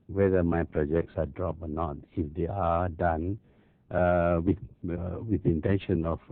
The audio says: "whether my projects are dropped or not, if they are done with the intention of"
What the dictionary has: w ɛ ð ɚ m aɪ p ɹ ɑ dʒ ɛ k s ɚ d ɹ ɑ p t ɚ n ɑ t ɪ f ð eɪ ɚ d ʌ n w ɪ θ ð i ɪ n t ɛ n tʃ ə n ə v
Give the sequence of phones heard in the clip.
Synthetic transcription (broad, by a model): w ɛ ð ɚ m aɪ p ɹ ɑ dʒ ɛ k s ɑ d ɹ ɑ p ɔ n ɑ t ɪ f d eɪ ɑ d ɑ n w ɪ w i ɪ n t ɛ n ʃ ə n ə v